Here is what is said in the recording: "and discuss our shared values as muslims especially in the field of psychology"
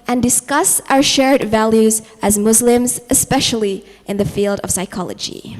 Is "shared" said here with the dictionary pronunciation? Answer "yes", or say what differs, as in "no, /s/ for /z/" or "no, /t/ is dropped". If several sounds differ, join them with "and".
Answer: yes